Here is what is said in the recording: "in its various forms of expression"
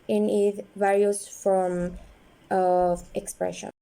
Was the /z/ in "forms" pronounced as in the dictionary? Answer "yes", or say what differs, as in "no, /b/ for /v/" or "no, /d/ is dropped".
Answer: no, /z/ is dropped